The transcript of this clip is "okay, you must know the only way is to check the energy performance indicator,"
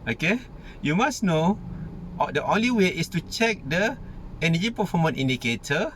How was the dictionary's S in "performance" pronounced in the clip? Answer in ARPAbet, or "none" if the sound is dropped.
none